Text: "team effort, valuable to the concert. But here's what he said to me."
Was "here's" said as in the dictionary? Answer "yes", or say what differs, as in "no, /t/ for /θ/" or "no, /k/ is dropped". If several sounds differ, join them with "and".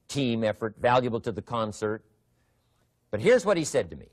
yes